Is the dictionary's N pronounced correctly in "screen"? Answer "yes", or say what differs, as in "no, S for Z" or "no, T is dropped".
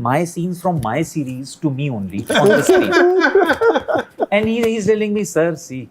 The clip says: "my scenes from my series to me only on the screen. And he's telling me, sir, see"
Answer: no, N is dropped